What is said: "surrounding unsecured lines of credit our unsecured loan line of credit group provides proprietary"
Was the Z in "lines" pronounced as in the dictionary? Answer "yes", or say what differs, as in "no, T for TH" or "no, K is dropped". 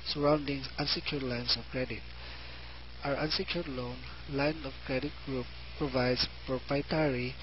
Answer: no, S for Z